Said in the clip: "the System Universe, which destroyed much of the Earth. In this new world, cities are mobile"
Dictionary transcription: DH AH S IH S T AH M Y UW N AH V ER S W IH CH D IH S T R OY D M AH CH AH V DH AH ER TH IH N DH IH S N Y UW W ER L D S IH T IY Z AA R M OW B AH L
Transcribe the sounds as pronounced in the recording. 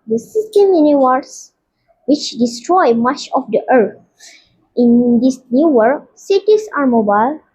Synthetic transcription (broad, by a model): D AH S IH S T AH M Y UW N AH W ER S W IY CH D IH S T R OY M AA CH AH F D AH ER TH IH N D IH S N Y UW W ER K S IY T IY S AA R M OW B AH L